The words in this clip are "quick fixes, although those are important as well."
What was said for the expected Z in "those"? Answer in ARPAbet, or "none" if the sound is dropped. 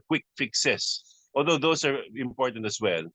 S